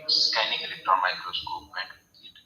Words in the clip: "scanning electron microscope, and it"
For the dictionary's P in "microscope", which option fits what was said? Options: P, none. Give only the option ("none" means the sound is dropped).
none